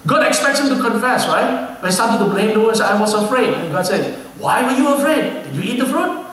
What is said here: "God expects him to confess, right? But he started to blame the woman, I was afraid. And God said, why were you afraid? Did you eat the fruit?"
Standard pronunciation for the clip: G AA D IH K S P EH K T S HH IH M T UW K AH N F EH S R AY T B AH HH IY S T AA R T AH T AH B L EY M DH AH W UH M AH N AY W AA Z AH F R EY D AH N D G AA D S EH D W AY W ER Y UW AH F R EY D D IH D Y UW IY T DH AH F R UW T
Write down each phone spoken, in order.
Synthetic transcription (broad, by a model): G AA D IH K S P EH K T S HH IH M T UW K AH N F EH S R AY T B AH S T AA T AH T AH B L EY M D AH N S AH IH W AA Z AH F R EY D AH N G AA D S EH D W AY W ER Y UW AH F R EY D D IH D Y UW IY T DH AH F R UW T